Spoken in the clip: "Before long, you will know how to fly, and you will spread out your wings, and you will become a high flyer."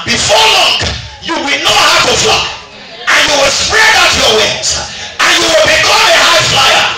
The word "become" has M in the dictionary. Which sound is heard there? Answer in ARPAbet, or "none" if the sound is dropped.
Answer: none